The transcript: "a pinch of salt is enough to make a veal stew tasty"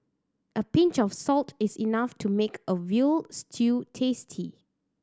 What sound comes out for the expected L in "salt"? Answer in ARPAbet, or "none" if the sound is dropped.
L